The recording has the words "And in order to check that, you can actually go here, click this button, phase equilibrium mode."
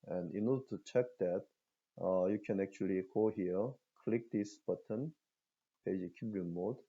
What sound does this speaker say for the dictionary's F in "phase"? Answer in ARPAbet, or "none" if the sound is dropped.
P